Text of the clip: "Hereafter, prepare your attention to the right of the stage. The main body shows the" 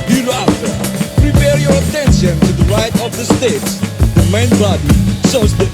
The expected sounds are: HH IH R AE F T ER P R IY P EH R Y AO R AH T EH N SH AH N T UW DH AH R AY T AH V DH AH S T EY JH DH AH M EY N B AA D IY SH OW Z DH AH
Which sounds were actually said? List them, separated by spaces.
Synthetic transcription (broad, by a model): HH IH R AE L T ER P R IY P EH R Y AO R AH T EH N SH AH N T UW DH AH R AY T AH V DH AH S T EY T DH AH M EY N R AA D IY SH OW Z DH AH